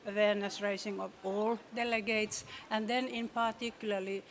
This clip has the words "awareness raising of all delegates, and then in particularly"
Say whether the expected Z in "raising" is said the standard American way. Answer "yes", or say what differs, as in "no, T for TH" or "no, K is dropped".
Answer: no, S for Z